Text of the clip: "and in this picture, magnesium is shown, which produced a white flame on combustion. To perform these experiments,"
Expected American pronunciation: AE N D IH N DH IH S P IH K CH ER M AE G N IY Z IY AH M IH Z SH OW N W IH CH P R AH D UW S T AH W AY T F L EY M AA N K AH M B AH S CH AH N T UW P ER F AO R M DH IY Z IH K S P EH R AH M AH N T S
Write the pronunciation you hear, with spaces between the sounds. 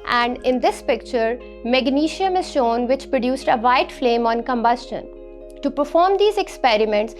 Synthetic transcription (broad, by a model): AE N D IH N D IH S P IH K CH ER M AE G N IY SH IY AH M IH Z SH OW N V IH CH P R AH D UW S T AH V AY T F L EY M AA N K AH M B AH S CH AH N T UW P ER F AO R M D IY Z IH K S P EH R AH M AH N T S